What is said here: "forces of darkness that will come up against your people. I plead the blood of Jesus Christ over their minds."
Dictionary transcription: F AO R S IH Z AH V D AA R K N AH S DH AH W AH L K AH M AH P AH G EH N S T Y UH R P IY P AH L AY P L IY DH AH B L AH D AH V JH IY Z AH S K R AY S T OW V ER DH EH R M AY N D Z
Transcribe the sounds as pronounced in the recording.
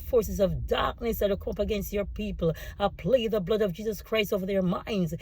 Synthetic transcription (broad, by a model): F AO R S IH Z AH V D AA R K N AH S DH AH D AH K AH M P AH G EH N S T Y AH R P IY P AH L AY P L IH DH AH B L AH D AH V JH IY Z AH S K R AY S T OW V ER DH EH R M AY N D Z